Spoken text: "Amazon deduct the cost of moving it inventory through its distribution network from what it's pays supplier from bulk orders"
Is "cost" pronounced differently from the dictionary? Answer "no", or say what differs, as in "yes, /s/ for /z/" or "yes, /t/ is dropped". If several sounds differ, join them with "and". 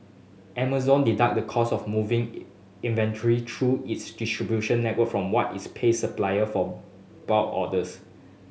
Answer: yes, /t/ is dropped